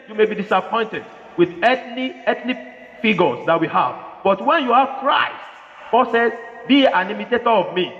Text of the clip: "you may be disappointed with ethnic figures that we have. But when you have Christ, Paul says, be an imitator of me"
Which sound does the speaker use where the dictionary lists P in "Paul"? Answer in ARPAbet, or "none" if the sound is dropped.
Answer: B